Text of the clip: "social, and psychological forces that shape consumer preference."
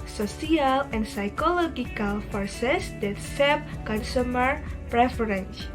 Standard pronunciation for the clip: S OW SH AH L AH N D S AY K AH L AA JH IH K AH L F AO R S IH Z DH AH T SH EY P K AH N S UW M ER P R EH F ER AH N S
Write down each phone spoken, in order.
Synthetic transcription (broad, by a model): S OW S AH L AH N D S AY K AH L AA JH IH K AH L F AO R S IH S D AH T S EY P K AH N S UW M ER P R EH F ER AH N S